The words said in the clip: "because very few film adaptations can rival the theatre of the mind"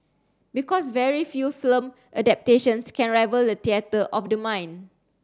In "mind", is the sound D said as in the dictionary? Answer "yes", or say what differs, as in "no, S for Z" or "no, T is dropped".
no, D is dropped